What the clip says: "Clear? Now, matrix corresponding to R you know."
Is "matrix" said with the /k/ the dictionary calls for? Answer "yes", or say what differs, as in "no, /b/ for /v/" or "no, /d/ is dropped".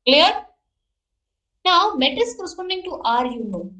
no, /k/ is dropped